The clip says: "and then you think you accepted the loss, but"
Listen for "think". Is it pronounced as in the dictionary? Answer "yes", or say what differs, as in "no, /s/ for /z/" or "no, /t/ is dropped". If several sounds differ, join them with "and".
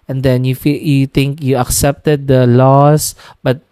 no, /t/ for /θ/